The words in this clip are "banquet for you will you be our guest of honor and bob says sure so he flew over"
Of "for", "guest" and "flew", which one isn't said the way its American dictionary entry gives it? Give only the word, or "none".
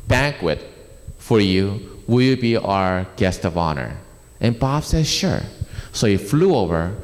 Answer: none